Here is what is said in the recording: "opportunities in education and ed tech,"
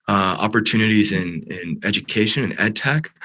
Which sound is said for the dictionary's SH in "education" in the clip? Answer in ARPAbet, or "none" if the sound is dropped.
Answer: SH